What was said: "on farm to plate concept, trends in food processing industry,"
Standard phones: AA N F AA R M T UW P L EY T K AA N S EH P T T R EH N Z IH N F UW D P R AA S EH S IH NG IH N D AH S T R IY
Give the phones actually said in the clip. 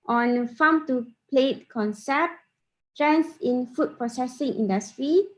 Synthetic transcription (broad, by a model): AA N F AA M T UW P L EY T K AA N S EH P T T R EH N S IH N F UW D P R AA S EH S IH NG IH N D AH S T R IY